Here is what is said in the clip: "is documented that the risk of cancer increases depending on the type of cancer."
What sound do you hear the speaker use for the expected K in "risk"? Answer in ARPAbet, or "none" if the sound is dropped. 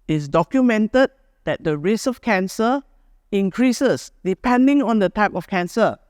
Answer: none